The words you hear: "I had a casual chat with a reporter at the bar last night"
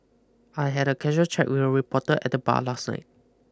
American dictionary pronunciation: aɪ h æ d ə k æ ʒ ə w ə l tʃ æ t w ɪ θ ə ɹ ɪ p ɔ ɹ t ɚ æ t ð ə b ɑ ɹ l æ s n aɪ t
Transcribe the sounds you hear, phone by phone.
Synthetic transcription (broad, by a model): aɪ h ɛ d ə k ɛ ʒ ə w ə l tʃ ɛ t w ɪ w ə ɹ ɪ p ɔ t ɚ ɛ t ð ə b ɑ l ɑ s n aɪ t